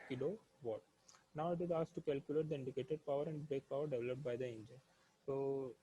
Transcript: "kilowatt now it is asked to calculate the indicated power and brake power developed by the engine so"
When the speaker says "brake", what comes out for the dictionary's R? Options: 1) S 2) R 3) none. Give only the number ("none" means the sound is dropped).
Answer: 3